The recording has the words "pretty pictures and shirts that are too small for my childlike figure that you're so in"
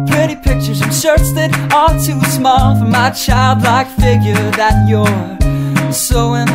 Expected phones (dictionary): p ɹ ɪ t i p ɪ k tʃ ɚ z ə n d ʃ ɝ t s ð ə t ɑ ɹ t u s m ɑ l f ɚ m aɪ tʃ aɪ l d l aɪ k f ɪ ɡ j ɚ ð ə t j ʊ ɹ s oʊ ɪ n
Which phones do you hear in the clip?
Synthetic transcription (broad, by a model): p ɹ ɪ t i p ɪ k tʃ ɚ z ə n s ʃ ɝ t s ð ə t ɑ l t u s m ɑ l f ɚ m aɪ tʃ aɪ l d l aɪ k f ɪ ɡ j ɚ ð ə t j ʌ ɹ s oʊ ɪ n